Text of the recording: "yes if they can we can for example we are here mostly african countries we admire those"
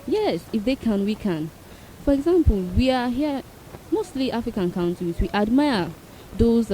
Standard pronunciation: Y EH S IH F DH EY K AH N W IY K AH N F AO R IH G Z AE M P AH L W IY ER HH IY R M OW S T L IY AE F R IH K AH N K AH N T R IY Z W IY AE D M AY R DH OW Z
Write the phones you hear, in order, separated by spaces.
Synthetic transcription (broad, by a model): Y EH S IH F DH EY K AH N W IY K AH N F AO R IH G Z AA M P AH L W IY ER HH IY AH M OW S T L IY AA F R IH K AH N K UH N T IY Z W IY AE D M AY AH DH OW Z